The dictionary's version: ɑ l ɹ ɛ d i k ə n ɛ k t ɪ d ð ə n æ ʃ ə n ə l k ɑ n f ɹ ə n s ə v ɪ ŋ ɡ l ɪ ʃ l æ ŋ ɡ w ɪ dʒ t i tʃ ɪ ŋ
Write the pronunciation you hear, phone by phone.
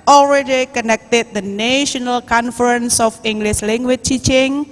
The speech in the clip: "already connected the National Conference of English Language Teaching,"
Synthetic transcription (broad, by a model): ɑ l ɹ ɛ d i k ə n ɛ k t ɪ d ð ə n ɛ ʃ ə n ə l k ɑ n f ɹ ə n s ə f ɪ ŋ ɡ l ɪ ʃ l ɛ ŋ ɡ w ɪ tʃ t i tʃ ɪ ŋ